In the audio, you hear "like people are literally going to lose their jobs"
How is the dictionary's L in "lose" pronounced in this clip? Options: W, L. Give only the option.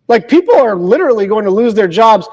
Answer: L